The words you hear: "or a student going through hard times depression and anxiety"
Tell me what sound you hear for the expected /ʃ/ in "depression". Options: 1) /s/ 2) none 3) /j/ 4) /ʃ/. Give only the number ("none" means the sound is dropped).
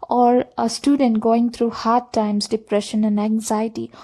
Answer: 4